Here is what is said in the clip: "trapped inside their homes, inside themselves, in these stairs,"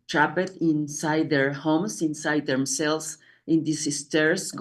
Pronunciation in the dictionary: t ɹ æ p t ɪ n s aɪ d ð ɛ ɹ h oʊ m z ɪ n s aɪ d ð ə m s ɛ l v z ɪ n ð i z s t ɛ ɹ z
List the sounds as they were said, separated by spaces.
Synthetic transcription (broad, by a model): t ɹ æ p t ɪ n s aɪ d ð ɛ ɹ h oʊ m s ɪ n s aɪ d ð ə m s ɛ l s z ɪ n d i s s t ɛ ɹ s